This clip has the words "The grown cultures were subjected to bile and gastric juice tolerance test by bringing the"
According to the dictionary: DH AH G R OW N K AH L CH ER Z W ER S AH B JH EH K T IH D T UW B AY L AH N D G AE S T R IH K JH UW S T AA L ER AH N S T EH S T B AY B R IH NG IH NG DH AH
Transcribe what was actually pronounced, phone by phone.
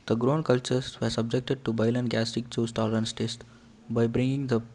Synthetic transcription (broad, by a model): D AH G R OW N K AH L CH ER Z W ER S AH B JH EH K T IH D T UW B AY L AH N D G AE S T IH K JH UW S T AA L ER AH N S T EH S T B AY B R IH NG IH NG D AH